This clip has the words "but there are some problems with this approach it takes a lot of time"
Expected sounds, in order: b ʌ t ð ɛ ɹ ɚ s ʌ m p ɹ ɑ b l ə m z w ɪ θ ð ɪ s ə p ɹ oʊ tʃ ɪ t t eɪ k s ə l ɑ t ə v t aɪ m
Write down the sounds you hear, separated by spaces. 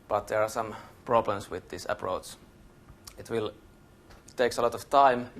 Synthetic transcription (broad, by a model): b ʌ t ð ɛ ɹ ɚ s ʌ m p ɹ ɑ b l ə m s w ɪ ð ɪ s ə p ɹ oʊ s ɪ t t eɪ k s ə l ɑ t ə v t aɪ m